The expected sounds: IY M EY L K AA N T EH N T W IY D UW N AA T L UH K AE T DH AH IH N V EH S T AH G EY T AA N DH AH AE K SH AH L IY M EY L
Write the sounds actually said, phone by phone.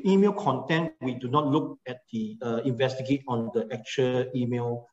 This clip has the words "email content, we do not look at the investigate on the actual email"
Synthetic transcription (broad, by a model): IY M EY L K AA N T EH N T W IY D UW N AA T L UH K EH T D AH IH N V EH S T AH G EY T AA N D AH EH K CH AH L IY M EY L